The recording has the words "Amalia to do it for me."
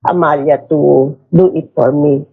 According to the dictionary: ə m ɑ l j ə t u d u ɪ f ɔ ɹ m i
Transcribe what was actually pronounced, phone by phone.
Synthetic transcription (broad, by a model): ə m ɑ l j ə t u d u ɪ p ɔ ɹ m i